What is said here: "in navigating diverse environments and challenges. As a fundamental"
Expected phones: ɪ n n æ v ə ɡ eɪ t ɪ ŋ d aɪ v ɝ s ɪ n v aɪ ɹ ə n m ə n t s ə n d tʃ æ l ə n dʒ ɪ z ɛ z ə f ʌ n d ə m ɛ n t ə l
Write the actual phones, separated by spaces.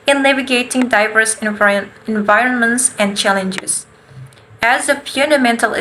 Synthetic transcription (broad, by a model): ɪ n l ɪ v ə ɡ eɪ t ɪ ŋ d aɪ v ɝ s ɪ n v aɪ ɹ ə n m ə n t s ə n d tʃ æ l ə n dʒ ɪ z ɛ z ə f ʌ n d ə m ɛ n t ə l